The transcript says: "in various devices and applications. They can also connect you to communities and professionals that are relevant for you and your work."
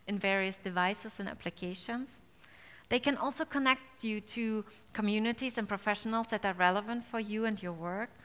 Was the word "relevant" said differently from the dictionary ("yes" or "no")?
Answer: no